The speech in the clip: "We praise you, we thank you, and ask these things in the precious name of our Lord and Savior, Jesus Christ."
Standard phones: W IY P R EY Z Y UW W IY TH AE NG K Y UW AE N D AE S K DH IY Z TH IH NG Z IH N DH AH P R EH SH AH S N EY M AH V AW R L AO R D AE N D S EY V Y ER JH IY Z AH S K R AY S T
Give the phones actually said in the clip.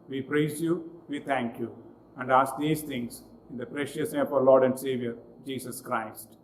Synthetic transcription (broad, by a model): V IY P R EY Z Y UW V IY T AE NG K Y UW AE N D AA S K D IY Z T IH NG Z IH N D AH P R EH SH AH S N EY AH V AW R L AO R D AE N D S EY V Y ER JH IY S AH S K R AY S T